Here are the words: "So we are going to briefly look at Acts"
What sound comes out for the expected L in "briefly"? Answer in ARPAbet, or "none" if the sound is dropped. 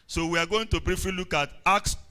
none